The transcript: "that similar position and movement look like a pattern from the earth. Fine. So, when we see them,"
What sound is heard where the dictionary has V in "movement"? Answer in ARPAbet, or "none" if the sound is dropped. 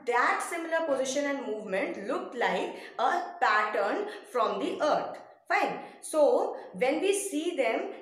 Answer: V